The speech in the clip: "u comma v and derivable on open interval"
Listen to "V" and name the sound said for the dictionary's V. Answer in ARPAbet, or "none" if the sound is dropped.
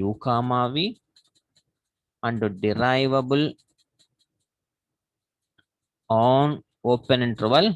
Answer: V